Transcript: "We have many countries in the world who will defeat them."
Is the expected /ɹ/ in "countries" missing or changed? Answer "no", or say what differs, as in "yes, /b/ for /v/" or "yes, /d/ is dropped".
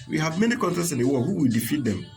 yes, /ɹ/ is dropped